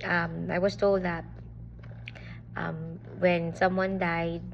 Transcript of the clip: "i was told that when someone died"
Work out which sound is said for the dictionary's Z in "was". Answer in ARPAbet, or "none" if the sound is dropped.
S